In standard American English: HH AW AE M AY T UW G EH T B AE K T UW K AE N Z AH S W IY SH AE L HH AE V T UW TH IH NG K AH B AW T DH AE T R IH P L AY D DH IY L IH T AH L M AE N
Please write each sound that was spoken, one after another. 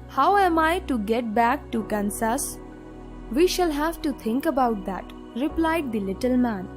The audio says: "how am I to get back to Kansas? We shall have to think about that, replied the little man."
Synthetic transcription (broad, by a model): HH AW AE M AY T UW G EH T B AE K T UW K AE N S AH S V IY SH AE L HH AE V T UW T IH NG K AH B AW T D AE T R IH P L AY D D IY L IH T AH L M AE N